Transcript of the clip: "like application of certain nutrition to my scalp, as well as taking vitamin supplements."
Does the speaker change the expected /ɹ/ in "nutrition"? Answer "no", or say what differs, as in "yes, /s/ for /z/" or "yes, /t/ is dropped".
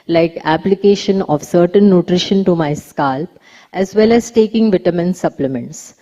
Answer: no